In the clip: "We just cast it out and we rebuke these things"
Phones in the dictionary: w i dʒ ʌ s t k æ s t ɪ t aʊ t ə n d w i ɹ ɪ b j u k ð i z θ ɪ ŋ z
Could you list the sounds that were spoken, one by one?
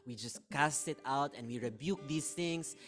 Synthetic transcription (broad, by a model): w i dʒ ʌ s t k æ s t ɪ t aʊ t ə n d w i ɹ ɪ b j u k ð i s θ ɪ ŋ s